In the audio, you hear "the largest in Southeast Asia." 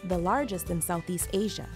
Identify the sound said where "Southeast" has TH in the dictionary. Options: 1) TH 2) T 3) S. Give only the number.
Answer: 1